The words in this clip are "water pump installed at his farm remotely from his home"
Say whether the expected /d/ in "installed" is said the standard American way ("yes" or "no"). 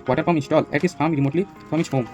no